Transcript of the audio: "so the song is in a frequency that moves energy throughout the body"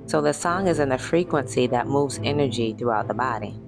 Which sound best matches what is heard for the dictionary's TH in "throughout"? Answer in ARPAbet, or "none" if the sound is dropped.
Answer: TH